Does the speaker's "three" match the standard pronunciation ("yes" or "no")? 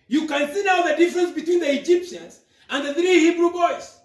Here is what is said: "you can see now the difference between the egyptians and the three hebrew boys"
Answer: yes